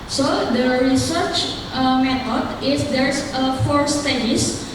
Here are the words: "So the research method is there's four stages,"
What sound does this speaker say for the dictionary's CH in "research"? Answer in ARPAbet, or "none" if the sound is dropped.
CH